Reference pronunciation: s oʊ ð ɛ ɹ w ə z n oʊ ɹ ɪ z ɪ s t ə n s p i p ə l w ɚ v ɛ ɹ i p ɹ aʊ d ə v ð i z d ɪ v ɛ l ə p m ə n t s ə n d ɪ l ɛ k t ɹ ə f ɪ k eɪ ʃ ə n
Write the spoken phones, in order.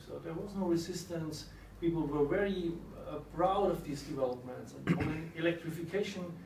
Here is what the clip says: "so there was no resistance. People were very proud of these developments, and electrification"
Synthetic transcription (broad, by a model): s oʊ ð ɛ ɹ w ə z n oʊ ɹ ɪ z ɪ s t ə n s p i p l w ɚ v ɛ ɹ i b ɹ aʊ d ə v ð i z d ɪ v ɛ l ə p m ə n t s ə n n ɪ l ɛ k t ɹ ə f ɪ k eɪ ʃ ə n